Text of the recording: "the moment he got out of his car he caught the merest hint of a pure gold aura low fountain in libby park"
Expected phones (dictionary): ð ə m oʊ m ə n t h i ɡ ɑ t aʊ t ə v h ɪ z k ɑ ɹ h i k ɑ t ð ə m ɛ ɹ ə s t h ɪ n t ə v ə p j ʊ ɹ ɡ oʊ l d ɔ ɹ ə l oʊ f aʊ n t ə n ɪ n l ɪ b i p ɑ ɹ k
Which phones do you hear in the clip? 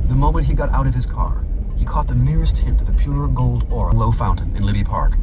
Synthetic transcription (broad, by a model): ð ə m oʊ m ə n t h i ɡ ɑ t aʊ t ə v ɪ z k ɑ ɹ h i k ɑ t ð ə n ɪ ɹ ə s t h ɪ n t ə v ə p j ʊ ɹ ɡ oʊ l d ɔ ɹ ə l oʊ f aʊ n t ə n ɪ n l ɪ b i p ɑ ɹ k